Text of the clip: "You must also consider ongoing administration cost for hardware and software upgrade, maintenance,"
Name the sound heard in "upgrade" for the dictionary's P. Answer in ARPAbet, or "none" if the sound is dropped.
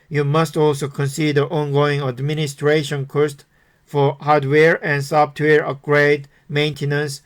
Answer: none